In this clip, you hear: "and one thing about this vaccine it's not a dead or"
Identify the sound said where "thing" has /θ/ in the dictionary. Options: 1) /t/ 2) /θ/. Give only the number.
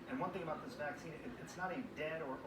2